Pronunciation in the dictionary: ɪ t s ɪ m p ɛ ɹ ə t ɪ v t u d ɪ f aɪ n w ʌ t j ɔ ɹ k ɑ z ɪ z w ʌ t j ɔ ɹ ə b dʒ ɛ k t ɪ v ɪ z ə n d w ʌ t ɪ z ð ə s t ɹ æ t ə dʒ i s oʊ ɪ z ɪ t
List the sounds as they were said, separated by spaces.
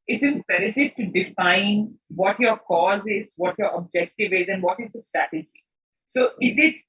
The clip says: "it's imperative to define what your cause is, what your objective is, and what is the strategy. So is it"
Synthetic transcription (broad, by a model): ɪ t s ɪ m p ɛ ɹ ə t ɪ v t u d ɪ f aɪ n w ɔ t j ɔ ɹ k ɑ z ɪ z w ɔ t j ɔ ɹ ə b dʒ ɛ k t ɪ v ɪ z ə n d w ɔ t ɪ z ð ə s t ɹ æ t ə dʒ i s oʊ ɪ z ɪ t